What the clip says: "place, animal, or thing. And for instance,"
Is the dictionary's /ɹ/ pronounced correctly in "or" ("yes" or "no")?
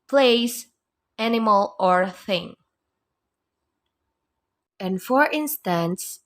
yes